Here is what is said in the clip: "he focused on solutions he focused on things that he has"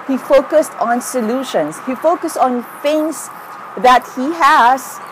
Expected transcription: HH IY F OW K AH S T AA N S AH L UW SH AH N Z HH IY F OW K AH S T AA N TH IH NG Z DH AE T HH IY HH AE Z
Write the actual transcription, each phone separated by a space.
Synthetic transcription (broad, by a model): HH IY F OW K AH S T AA N S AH L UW SH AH N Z HH IY F OW K AH S T AA N F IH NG S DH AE T HH IY HH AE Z